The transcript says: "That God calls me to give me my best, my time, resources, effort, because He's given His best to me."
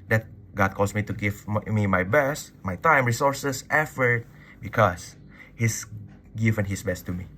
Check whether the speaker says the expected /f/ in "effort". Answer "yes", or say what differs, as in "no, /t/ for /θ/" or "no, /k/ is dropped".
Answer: yes